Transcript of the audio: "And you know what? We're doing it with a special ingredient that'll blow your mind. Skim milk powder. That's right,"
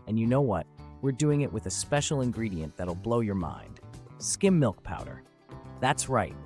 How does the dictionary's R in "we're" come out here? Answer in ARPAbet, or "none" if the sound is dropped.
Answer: R